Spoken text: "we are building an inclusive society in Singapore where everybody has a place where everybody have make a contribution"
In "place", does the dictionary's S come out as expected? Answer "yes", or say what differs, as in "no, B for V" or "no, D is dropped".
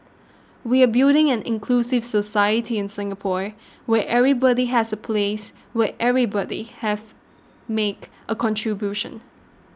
yes